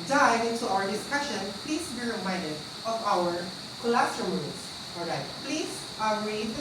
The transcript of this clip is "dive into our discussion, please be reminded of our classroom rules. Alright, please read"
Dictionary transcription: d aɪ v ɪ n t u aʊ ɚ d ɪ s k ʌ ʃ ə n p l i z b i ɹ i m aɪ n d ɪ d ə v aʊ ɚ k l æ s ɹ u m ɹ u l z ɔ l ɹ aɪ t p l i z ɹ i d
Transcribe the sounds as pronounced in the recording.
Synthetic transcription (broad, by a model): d aɪ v ɪ n t u aʊ ɚ d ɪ s k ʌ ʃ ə n p l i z b i ɹ i m aɪ n d ɪ d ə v aʊ ɚ k l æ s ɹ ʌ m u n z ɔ ɹ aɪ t p l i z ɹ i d